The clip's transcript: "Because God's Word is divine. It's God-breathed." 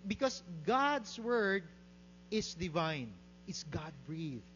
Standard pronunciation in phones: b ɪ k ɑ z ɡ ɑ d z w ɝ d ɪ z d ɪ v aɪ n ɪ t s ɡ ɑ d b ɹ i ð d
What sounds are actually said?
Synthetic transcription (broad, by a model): b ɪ k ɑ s ɡ ɑ d s w ɝ d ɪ s d ɪ v aɪ n ɪ t s ɡ ɑ d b ɹ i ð